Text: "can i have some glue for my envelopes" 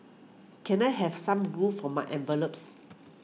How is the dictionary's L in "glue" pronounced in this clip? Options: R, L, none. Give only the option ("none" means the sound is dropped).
none